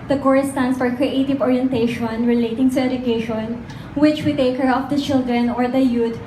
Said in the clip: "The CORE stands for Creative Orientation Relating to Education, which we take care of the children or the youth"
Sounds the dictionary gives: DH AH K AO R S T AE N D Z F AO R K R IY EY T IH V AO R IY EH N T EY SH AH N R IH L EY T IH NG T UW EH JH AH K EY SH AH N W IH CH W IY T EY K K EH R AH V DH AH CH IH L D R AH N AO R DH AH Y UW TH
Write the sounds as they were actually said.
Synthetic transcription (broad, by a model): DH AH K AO R S T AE N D S F AO R K R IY EY T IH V AO R IY EH N T EY SH AH N R IH L EY T IH NG T UW EH JH AH K EY SH AH N W IH CH W IY T EY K K EH R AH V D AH CH IH L D R AH N AO R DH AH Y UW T